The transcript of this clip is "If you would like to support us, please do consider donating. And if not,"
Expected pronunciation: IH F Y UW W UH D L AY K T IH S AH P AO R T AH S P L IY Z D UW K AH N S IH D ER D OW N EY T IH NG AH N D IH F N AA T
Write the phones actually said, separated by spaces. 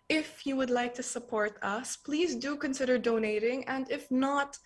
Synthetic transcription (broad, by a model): IH F Y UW W UH D L AY K T IH S AH P AO R T AH S P L IY Z D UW K AH N S IH D ER D OW N EY T IH NG AH N D IH F N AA T